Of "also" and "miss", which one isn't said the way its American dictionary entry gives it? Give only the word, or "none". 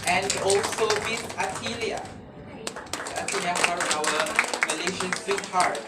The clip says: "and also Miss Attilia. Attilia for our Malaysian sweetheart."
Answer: miss